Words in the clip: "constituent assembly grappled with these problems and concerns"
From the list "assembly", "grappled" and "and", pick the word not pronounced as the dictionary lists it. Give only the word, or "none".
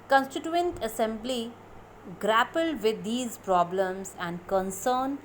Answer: none